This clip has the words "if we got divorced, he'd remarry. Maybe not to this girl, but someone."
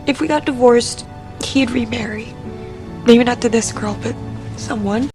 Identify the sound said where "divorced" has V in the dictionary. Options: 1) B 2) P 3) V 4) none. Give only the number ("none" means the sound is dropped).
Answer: 3